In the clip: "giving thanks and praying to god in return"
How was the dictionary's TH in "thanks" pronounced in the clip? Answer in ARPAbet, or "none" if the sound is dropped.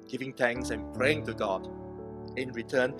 T